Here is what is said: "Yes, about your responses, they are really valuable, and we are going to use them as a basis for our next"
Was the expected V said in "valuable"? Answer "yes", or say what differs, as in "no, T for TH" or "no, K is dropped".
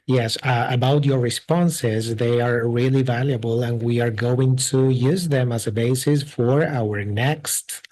yes